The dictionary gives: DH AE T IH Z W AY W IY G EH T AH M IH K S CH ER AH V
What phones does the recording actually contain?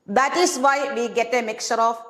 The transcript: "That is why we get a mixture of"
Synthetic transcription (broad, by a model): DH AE T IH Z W AY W IY G EH T AH M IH K CH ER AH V